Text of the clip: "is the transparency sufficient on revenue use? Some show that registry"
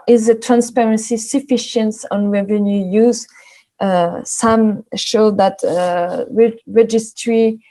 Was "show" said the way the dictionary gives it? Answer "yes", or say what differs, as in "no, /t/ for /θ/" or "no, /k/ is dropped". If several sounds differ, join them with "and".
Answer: yes